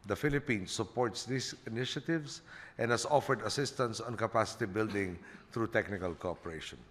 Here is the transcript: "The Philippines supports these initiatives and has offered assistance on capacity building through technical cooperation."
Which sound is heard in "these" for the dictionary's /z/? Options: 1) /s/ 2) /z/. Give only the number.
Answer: 1